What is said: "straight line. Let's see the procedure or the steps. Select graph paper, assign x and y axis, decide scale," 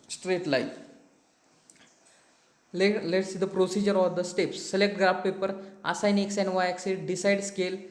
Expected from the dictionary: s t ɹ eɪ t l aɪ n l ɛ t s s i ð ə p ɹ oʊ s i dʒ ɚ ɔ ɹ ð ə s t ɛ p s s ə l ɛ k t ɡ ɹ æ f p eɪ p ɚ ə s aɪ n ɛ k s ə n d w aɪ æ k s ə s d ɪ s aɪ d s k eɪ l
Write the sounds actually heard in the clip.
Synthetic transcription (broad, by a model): s t ɹ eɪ t l aɪ l l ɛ t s s i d ə p ɹ oʊ s i dʒ ɚ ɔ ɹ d ə s t ɛ p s s ə l ɛ k t ɡ ɹ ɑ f p eɪ p ɚ ə s aɪ n ɛ k s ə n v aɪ k s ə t d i s aɪ d s k eɪ l